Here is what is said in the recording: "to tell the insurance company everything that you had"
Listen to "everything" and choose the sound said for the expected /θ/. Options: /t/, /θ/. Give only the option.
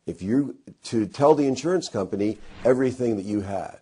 /θ/